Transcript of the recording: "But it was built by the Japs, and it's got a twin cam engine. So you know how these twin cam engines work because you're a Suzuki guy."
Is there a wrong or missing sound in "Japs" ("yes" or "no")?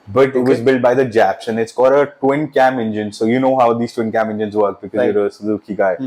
no